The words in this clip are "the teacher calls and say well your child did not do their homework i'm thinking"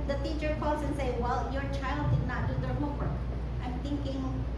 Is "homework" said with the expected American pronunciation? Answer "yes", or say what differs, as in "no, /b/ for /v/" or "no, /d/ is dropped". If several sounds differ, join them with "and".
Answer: no, /m/ is dropped